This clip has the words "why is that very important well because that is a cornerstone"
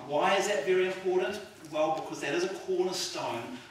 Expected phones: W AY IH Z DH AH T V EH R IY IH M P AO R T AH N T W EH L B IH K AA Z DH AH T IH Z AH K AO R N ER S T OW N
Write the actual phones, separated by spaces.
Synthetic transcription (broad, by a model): W AY IH Z DH AH T V EH R IY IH M P AO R T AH N T W EH L B IH K AA Z DH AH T IH Z AH K AO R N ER S T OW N